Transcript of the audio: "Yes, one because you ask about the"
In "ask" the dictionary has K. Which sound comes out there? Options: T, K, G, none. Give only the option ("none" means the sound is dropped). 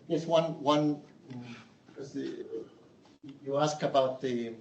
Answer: K